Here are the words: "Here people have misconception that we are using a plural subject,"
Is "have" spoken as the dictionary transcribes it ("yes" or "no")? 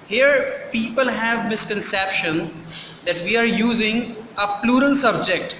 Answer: yes